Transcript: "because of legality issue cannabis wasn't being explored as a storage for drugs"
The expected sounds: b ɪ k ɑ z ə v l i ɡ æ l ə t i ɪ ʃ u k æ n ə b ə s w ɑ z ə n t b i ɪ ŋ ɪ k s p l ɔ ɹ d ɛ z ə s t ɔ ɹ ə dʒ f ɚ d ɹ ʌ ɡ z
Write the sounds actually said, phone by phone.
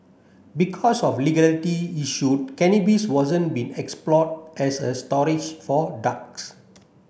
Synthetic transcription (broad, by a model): b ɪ k ɑ s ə f l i ɡ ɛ l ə t i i ʃ u k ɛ n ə b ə s w ɑ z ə n b i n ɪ k s p l ɔ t ɛ s ə s t ɔ ɹ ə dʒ f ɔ d ɑ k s